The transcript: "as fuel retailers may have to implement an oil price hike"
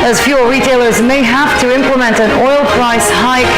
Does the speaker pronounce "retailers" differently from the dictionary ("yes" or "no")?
no